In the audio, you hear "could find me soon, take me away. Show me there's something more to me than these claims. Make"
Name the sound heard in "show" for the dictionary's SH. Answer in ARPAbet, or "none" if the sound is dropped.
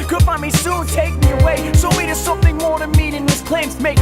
S